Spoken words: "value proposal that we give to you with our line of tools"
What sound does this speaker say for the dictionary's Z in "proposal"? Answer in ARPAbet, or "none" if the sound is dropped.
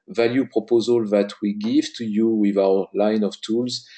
Z